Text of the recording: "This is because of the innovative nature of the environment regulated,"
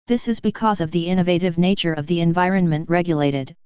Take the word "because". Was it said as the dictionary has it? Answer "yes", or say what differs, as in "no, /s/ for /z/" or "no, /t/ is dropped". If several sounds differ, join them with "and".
yes